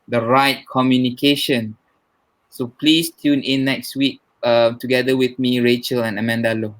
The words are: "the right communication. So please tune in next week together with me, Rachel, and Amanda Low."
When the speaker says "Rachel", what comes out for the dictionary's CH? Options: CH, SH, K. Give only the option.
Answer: CH